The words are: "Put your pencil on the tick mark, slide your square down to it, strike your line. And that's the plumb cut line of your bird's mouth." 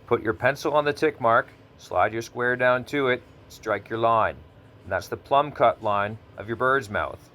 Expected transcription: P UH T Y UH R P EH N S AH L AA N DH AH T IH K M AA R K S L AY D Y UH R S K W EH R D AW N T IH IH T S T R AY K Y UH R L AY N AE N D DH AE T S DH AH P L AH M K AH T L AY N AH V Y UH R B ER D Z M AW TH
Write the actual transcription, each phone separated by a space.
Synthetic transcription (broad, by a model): P UH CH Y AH R P EH N S L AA N DH AH T IH K M AA R K S L AY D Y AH R S K W EH R D AW N T IH IH T S T R AY K Y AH R L AY N N DH AE T S DH AH P L AH M K AH T L AY N AH V Y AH R B ER D Z M AW TH